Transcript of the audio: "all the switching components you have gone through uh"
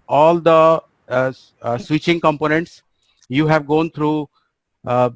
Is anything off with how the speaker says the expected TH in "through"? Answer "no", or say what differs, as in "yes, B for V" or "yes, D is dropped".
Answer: yes, T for TH